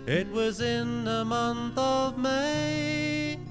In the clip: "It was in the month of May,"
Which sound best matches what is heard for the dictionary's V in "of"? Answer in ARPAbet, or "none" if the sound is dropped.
V